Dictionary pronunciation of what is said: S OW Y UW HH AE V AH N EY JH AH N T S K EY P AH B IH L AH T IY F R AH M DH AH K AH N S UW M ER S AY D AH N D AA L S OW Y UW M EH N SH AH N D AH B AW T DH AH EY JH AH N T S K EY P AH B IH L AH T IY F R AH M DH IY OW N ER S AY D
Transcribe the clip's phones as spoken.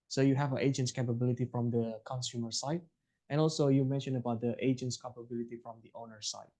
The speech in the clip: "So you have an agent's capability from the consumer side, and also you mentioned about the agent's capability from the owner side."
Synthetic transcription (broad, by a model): S OW Y UW HH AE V AH N EY JH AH N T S K EY P AH B IH L AH T IY F R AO M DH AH K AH N S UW M ER S AY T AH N AA L S OW Y UW M EH N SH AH N AH B AW T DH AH EY JH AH N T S K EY P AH B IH L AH T IY F R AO M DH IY OW N ER S AY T